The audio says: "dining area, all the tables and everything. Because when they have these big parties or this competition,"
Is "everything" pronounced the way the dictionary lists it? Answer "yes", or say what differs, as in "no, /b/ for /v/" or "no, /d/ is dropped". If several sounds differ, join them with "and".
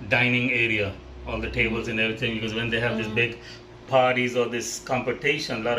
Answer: no, /t/ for /θ/